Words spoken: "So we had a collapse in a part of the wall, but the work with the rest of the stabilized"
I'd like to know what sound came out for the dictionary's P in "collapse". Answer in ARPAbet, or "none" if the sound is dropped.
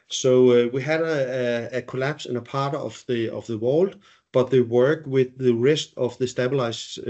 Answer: P